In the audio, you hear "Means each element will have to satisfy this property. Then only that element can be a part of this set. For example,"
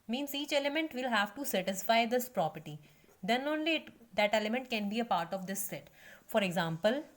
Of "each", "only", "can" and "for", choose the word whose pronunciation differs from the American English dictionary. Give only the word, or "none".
none